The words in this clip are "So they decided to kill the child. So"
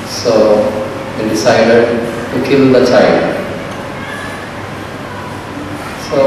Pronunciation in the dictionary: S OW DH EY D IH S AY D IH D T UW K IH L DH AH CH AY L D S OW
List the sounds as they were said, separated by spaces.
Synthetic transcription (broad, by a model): S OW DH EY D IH S AY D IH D T UW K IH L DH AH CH AY D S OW